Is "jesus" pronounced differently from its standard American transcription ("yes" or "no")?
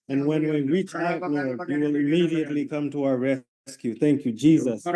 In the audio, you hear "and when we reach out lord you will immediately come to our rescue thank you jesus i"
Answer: no